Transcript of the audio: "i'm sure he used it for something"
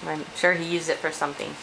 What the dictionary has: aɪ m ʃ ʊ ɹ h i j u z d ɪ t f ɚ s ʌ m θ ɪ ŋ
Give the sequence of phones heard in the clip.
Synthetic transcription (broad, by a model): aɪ m ʃ ʊ ɹ h i j u z ɪ t f ɚ s ʌ m θ ɪ ŋ